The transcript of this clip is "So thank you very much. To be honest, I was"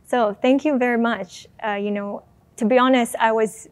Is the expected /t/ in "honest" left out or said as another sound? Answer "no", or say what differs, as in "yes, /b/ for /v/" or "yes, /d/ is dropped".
no